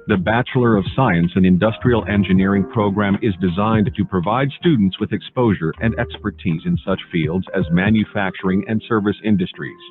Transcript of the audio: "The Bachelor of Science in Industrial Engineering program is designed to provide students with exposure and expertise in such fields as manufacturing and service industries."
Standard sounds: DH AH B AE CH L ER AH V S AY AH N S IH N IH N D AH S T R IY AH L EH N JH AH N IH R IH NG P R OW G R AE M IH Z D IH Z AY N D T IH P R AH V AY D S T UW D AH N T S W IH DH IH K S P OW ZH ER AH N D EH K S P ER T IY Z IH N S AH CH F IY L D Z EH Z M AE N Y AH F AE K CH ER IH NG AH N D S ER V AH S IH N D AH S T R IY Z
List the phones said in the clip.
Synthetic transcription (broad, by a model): DH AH B AE CH L ER AH V S AY AH N S IH N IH N D AH S T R IY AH L EH N JH AH N IH R IH NG P R OW G R AE M IH Z D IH Z AY N T IH P R AH V AY D S T UW D N T S W IH DH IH K S P OW ZH ER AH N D EH K S P ER T IY Z IH N S AH CH F IY L D Z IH Z M AE N Y AH F AE K CH ER IH NG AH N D S ER V AH S IH N D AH S T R IY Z